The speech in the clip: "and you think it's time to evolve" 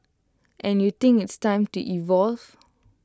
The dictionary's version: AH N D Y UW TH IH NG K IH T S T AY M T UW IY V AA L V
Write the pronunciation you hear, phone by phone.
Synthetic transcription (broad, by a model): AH N Y UW T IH NG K IH T S T AY M T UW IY V AA L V